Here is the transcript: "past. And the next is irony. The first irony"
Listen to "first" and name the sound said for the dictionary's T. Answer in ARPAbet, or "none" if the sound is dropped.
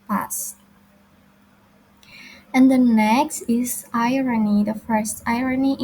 T